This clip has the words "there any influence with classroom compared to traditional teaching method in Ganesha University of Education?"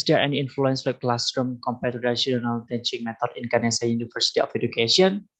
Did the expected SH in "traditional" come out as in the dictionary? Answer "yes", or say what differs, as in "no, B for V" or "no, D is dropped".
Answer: no, SH is dropped